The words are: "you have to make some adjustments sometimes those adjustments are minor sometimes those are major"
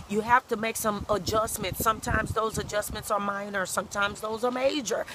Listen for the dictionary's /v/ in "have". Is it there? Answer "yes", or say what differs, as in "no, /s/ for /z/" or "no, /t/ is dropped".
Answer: no, /f/ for /v/